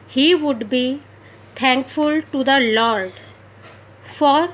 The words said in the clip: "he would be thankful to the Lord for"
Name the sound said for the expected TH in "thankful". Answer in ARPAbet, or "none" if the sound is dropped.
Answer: T